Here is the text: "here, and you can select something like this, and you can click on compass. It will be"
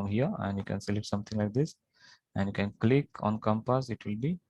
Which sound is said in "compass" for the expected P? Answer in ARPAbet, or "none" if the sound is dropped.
P